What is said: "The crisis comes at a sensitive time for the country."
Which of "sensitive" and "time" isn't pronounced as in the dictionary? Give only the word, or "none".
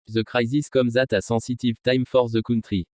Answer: sensitive